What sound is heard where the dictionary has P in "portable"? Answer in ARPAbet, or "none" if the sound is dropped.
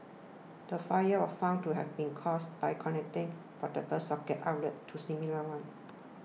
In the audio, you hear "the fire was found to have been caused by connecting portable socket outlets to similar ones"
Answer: F